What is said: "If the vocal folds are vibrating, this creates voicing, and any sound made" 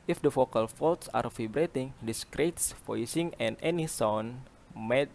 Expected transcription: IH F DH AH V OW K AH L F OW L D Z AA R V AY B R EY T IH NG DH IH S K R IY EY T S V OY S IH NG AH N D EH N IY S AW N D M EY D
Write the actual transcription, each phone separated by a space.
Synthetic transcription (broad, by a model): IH F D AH F OW K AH L F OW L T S AA R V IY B R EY T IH NG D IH S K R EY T S F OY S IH NG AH N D EH N IY S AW N M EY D